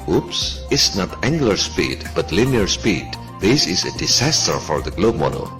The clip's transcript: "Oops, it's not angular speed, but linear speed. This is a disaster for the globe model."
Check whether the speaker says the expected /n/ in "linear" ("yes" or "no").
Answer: yes